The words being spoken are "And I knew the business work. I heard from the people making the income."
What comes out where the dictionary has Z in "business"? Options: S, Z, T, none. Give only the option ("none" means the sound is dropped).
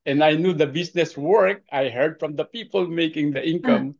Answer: S